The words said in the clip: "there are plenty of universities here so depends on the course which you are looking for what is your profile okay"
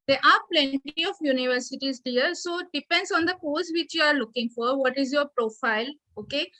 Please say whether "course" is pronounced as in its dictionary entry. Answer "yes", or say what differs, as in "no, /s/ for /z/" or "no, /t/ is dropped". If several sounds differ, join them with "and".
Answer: no, /l/ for /ɹ/